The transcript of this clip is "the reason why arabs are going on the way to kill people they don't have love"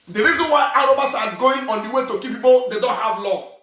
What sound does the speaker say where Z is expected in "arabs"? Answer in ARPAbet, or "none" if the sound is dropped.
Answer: S